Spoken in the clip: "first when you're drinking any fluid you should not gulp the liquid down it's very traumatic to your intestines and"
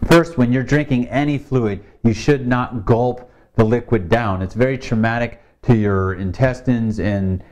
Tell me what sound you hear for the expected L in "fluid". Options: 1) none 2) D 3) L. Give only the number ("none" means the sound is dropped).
3